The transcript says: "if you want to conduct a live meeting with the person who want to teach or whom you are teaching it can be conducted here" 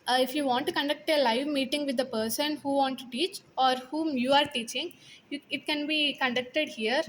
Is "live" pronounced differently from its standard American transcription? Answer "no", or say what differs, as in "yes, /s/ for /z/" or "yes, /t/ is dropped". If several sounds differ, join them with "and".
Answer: no